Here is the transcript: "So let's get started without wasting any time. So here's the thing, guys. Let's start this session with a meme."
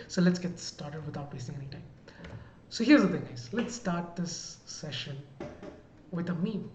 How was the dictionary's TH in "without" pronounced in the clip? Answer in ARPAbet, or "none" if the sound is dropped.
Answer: T